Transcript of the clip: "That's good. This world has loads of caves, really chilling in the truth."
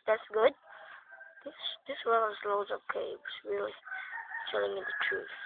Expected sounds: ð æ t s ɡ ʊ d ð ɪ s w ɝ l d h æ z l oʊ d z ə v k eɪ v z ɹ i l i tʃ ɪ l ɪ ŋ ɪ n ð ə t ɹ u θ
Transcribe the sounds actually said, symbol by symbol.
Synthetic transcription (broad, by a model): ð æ t s ɡ ʊ d ð ɪ s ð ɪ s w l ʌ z l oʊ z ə k eɪ w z ɹ i l i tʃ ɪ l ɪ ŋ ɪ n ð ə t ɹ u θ